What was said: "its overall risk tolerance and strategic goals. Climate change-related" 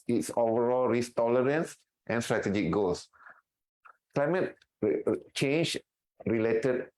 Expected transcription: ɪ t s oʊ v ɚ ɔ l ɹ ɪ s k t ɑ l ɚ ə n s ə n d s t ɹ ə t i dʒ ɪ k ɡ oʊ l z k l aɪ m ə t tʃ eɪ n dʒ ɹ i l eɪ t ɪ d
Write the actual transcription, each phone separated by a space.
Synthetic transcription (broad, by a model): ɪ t s oʊ v ɚ ɔ l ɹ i s t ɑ l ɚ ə n s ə n s t ɹ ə t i dʒ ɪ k ɡ oʊ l s k l aɪ m ə t tʃ eɪ n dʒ ɹ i l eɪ t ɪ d